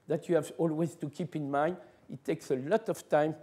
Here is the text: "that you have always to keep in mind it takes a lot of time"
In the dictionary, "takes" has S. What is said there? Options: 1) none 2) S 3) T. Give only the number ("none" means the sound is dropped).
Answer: 2